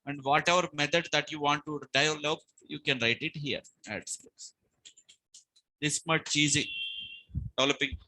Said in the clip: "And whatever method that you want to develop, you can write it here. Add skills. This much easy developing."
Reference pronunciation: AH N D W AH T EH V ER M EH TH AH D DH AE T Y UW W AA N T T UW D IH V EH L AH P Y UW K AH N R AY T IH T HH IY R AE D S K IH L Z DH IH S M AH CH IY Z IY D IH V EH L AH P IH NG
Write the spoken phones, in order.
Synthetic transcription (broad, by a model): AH N D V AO T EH V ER M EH T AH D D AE T Y UW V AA N T T UW D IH IH L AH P Y UW K AH N R AY T IH T HH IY R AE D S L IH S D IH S M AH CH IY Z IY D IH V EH L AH P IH NG